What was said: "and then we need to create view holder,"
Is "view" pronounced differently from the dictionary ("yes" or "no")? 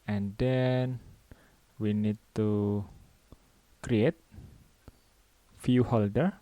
yes